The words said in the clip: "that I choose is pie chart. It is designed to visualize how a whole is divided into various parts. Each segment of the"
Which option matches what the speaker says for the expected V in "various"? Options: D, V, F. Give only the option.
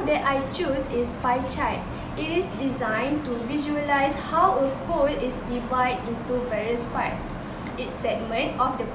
V